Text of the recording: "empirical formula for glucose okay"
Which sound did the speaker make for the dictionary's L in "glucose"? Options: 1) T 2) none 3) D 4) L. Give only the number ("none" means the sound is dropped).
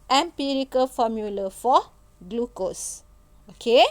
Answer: 4